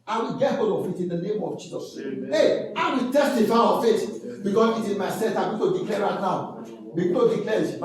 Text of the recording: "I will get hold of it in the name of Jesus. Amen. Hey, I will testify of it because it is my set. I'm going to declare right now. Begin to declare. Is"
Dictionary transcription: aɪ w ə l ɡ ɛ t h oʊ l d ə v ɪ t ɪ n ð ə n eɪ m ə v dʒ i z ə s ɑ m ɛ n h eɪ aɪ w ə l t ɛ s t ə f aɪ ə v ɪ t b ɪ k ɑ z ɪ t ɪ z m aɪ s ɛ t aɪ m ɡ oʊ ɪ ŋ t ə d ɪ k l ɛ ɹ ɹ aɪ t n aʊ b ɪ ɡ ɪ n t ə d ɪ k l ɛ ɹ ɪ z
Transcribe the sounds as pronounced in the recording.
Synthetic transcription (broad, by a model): aɪ w ə l ɡ ɛ t h oʊ l d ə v ɪ t ɪ n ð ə n eɪ m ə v dʒ i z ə s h eɪ aɪ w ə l t ɛ s t ə f aɪ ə f ɪ t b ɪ k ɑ s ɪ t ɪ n m aɪ s ɛ t aɪ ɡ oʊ t ə d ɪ k l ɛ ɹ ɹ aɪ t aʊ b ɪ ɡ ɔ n t ə d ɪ k l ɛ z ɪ